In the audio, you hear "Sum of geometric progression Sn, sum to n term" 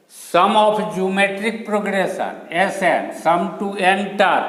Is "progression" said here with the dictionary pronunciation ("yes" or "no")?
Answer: no